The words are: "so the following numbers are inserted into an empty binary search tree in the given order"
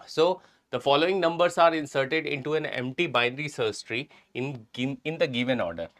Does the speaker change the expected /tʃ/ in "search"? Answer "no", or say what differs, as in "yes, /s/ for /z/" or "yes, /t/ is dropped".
yes, /s/ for /tʃ/